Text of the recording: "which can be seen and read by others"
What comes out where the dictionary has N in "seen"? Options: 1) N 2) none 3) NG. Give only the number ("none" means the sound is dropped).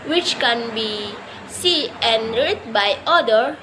2